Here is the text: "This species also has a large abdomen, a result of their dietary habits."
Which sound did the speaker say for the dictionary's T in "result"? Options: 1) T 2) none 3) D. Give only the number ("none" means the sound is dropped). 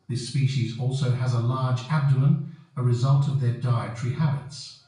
1